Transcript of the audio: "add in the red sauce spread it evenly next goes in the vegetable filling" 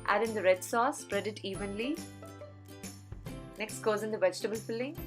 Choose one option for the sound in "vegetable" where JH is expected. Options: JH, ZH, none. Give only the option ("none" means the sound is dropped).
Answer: JH